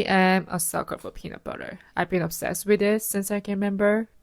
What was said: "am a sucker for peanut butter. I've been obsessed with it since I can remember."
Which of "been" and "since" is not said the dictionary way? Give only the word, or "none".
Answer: none